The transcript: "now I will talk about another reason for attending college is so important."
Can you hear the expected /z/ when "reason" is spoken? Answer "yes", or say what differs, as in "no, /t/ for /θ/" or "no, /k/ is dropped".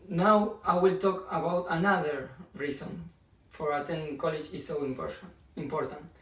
no, /s/ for /z/